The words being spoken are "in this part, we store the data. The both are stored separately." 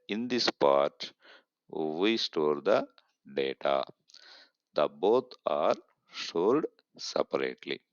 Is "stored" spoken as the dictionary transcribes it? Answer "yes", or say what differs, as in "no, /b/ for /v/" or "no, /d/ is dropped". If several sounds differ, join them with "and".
no, /l/ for /ɹ/